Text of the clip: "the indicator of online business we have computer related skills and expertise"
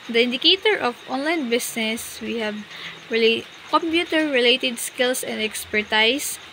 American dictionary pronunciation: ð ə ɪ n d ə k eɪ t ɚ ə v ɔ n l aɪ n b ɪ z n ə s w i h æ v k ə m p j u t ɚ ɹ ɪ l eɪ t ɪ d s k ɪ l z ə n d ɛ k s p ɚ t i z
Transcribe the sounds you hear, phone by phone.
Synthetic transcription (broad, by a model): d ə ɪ n d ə k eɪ t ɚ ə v ɔ n l aɪ n b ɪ s n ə s w i h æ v k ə m p j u t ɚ ɹ ɪ l eɪ t ɪ d s k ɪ l s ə n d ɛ k s p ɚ t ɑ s